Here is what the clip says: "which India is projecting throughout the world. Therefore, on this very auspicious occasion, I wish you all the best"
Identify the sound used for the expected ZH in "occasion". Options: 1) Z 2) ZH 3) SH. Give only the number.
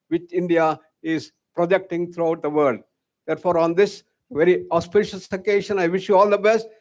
3